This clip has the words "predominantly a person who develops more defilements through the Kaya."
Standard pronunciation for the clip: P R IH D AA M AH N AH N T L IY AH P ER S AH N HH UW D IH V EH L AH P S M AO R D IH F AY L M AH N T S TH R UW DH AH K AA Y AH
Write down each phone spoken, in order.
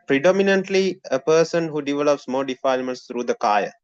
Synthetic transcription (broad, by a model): P R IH D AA M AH N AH N T L IY AH P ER S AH N HH UW D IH V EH L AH P S M AO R D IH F AY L M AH N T S T R UW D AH K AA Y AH